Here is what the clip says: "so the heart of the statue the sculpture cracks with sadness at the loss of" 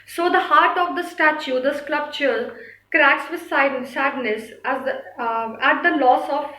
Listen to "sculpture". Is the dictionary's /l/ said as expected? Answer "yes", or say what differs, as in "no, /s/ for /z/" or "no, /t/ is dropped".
no, /l/ is dropped